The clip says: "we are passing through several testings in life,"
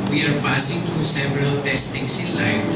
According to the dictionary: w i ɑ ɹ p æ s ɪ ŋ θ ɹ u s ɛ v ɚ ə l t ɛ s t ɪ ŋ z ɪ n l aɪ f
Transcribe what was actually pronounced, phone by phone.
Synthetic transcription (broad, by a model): w i ɑ ɹ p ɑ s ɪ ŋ t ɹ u s ɛ v ɚ ə l t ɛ s t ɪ ŋ s ɪ n l aɪ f